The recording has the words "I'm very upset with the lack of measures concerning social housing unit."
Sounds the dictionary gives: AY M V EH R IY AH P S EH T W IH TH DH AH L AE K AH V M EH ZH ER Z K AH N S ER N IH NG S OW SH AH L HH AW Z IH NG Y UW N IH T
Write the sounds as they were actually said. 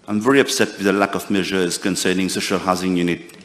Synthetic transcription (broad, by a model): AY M V EH R IY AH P S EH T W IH DH AH L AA K AH V M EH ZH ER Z K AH N S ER N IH NG S OW SH AH L HH AW Z IH NG Y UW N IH T